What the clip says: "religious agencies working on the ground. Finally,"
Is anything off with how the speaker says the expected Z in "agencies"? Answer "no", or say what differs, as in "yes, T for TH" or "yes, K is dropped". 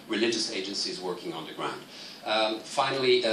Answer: no